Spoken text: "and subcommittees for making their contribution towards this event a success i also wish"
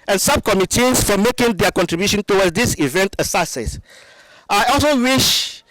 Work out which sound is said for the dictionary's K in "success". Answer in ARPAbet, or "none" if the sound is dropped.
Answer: none